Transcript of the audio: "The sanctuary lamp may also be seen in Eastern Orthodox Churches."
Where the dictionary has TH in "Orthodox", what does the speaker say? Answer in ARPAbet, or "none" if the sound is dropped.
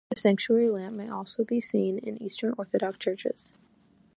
TH